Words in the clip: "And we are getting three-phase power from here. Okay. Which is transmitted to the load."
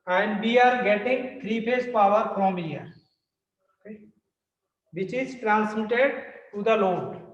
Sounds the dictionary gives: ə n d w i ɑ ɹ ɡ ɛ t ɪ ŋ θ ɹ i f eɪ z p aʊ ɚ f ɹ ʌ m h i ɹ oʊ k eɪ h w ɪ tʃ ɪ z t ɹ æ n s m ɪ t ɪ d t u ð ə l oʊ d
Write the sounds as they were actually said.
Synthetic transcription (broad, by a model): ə n d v i ɑ ɹ ɡ ɛ t ɪ ŋ t ɹ i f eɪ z p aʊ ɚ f ɹ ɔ m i l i ʌ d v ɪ tʃ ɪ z t ɹ æ n s m ɪ t ɪ d t u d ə l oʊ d